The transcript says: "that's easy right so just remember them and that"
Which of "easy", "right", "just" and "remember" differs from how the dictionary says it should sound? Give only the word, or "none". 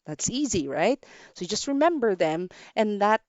none